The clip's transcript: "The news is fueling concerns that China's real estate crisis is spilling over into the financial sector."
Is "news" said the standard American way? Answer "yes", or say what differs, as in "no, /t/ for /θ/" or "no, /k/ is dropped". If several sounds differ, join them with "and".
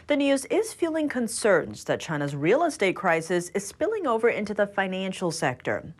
yes